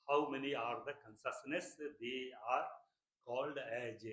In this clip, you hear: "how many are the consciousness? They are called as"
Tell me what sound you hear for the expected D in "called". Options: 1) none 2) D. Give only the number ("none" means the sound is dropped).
2